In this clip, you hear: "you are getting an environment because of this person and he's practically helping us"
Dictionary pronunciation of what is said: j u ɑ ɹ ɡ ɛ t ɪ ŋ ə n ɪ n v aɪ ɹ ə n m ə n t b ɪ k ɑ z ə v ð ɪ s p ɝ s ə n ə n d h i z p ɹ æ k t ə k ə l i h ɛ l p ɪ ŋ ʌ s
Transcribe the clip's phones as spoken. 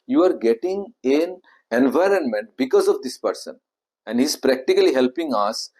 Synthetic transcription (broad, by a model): j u ɑ ɹ ɡ ɛ t ɪ ŋ ə n ɪ n v aɪ ɹ ə n m ə n t b ɪ k ɑ z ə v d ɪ s p ɝ s ə n ə n d h i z p ɹ æ k t ə k ə l i h ɛ l p ɪ ŋ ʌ s